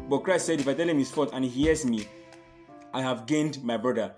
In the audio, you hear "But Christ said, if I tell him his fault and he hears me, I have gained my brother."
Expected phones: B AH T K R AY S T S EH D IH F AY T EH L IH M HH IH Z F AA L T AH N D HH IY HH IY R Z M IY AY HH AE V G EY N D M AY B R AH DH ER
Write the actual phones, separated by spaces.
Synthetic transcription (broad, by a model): B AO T K R AY S T S EH D IH F AY T EH L IH M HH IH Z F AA T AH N HH IY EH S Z M IY AY HH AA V G EY N D M AY B R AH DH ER